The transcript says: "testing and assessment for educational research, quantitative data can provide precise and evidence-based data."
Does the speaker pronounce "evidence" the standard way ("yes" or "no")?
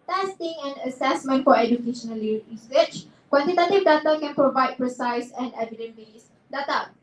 no